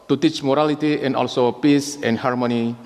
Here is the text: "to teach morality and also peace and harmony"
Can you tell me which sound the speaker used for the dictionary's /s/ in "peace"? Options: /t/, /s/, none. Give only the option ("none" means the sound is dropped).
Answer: /s/